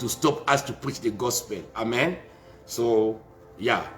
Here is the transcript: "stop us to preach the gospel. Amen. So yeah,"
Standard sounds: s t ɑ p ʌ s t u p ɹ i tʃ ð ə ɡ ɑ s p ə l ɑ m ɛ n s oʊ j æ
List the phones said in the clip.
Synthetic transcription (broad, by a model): s t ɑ p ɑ s t u p ɹ i tʃ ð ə ɡ ɑ s p ə l ɑ m ɛ n s oʊ j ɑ